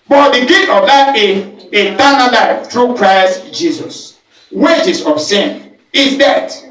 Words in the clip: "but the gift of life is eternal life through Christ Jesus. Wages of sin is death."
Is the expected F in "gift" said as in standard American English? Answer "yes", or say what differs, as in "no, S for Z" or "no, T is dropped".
no, F is dropped